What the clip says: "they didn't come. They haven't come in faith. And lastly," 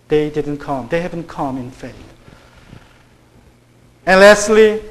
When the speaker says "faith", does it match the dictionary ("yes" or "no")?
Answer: no